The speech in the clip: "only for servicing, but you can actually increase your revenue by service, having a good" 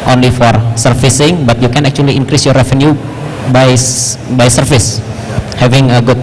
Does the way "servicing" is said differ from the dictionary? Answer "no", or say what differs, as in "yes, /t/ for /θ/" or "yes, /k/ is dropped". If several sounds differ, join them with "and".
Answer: yes, /f/ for /v/